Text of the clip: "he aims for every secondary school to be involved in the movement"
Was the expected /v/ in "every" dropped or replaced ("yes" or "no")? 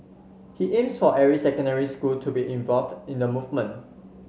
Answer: yes